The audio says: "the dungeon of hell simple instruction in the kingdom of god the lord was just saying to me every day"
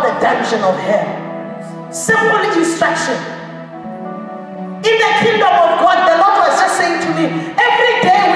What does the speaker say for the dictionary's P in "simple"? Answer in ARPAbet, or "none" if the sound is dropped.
none